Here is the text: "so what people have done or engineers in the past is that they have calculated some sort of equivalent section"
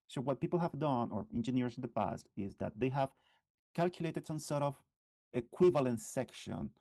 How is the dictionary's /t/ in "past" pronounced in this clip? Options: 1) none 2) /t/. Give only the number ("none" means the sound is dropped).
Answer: 2